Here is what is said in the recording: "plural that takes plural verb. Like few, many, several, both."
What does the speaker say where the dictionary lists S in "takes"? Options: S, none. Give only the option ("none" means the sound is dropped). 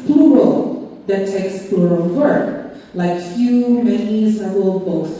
S